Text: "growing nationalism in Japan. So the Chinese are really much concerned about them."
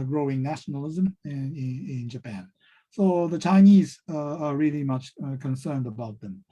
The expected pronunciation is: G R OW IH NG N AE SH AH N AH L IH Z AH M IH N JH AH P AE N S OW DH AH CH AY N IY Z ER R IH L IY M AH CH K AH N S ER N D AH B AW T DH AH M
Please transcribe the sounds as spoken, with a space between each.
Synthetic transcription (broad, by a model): G R OW IH NG N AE SH N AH L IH Z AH M IH N JH AH P AE N S OW DH AH CH AY N IY Z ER R IH L IY M AH CH K AH N S ER N D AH B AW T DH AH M